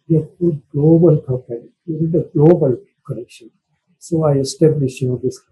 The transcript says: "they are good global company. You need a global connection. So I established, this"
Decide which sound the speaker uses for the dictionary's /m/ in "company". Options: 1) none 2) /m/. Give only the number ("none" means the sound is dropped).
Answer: 1